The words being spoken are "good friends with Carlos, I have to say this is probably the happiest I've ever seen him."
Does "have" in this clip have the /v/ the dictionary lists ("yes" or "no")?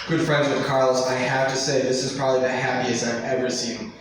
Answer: no